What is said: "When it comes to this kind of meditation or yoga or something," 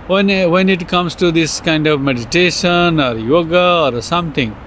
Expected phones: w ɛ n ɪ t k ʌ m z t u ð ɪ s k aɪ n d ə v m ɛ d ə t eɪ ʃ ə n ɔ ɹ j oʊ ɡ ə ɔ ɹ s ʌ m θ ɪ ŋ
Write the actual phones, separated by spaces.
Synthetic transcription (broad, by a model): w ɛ n ɪ t k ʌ m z t u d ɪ s k aɪ n d ə v m ɛ d ə t eɪ ʃ ə n ɔ ɹ j oʊ ɡ ə ɔ ɹ s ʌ m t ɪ ŋ